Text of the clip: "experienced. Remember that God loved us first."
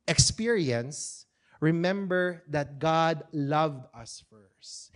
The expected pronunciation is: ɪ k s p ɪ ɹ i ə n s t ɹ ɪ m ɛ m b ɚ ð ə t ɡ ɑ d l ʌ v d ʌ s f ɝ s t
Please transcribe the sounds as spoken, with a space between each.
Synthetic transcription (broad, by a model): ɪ k s p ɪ ɹ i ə n s ɹ ɪ m ɛ m b ɚ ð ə t ɡ ɑ d l ʌ v d ʌ s f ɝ s t